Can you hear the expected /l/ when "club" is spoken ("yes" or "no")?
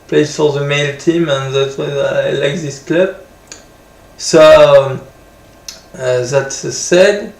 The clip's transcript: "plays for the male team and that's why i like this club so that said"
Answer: yes